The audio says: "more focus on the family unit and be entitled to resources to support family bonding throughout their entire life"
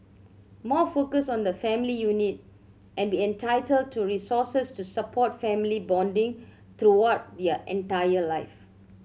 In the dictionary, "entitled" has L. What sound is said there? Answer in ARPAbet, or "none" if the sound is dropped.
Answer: L